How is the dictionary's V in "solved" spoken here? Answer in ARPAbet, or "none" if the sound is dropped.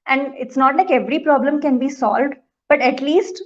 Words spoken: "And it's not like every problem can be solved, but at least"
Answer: V